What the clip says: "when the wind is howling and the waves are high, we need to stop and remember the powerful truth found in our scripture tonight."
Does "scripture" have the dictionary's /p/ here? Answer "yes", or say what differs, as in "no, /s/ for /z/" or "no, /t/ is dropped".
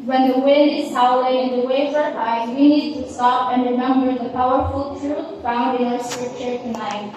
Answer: no, /p/ is dropped